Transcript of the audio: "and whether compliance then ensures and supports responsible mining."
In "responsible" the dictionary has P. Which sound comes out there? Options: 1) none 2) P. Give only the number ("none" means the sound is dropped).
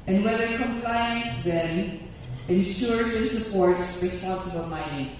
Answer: 1